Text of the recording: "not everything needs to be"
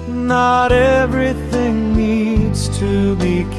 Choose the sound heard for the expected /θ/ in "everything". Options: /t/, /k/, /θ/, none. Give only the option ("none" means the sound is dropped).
/θ/